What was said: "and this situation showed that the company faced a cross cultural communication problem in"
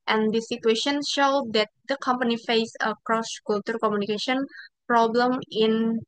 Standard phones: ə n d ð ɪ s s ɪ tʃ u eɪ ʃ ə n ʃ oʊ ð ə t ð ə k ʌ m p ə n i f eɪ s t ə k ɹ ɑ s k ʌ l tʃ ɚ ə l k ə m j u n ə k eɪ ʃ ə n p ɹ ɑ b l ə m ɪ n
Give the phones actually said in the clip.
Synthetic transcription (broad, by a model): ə n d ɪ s s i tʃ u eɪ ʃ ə n ʃ oʊ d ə t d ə k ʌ m p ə n i f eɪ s ə k ɹ ɑ s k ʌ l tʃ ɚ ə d k ə m j u n ə k eɪ ʃ ə n p ɹ ɑ b l ə m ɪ n